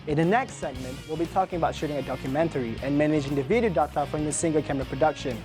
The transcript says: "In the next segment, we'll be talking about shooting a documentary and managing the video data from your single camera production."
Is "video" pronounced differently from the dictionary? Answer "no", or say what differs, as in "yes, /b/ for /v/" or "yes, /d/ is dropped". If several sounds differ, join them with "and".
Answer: no